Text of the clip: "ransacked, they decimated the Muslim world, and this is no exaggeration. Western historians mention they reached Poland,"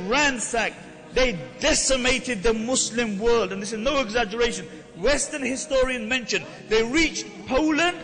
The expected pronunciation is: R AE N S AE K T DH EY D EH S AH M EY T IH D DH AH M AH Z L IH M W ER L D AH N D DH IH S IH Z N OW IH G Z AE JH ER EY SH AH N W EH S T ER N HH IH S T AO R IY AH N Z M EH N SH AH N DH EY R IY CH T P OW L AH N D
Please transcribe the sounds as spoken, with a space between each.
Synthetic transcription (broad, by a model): R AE N S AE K DH EY D EH S AH M EY T IH D DH AH M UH S L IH M W ER L D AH N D DH IH S IH Z N OW IH G Z AE JH ER EY SH AH N W EH S T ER N HH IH S T AO R IY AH N M EH N SH AH N DH EY R IY CH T P OW L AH N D